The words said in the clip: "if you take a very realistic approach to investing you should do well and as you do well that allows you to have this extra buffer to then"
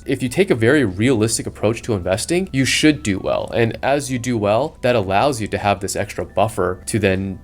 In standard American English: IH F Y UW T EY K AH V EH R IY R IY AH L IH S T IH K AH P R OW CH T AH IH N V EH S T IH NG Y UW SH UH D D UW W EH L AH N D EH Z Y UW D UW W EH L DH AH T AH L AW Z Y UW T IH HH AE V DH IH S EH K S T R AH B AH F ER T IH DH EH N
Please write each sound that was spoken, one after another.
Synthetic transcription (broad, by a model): IH F Y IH T EY K AH V EH R IY R IY AH L IH S T IH K AH P R OW CH T AH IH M V EH S T IH NG Y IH SH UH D D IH W EH L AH N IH Z Y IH D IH W EH L DH AH T AH L AW Z Y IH T IH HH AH V DH IH S EH K S T R AH B AH F ER T IH DH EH N